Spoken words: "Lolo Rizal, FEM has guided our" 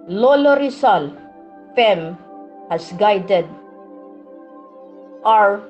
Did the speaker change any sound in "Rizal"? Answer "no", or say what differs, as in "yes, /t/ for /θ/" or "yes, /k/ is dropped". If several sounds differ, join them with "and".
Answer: yes, /s/ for /z/